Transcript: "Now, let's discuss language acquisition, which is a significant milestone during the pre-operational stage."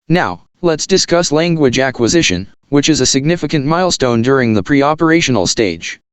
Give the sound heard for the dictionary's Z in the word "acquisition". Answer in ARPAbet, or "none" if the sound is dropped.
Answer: Z